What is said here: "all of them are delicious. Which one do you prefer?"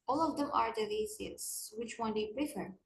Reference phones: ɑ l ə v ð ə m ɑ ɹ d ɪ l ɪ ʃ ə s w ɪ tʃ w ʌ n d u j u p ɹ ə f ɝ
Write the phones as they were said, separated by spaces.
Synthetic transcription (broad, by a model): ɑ l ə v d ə m ɑ ɹ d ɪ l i s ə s w ɪ tʃ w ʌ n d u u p ɹ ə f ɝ